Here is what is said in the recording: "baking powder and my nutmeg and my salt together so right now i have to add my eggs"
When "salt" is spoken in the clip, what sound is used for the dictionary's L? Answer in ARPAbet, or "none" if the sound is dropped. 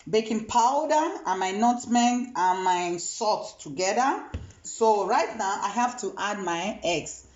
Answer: none